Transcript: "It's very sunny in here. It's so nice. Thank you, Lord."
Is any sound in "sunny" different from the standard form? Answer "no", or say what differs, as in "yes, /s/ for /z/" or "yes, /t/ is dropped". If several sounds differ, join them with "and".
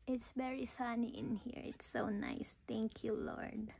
no